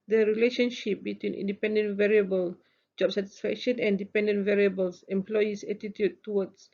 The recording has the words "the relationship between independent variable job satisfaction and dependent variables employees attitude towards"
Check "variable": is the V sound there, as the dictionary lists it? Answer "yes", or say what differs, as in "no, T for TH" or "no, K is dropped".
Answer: yes